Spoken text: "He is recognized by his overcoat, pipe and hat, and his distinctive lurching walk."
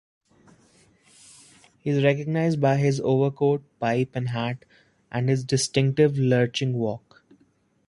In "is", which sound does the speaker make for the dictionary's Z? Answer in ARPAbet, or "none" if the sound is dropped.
Z